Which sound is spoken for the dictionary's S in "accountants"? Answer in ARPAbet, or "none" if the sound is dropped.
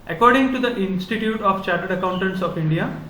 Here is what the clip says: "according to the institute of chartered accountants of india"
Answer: S